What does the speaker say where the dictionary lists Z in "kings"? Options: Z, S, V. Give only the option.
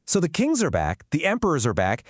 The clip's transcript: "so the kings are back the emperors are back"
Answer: Z